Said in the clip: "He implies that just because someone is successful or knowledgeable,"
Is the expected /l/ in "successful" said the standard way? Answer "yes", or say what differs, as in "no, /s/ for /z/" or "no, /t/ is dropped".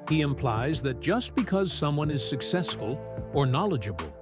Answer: yes